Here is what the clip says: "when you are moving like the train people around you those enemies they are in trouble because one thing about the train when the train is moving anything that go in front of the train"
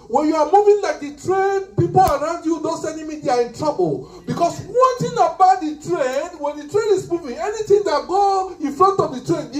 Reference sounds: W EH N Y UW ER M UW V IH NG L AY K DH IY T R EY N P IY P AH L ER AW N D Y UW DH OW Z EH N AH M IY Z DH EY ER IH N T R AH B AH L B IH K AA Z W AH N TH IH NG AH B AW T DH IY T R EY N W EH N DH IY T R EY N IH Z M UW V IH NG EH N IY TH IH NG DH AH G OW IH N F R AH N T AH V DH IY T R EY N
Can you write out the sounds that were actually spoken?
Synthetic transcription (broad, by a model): W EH N Y UW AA M UW V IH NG L AY K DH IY T R EY N P IY P AH L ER AW N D Y UW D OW S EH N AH M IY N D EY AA IH N T R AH B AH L B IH K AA S W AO N T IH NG AH B AW T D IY T R EY N W EH N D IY T R EY N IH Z M UW V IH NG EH N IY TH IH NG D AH G OW IH N F R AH N T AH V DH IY T R EY N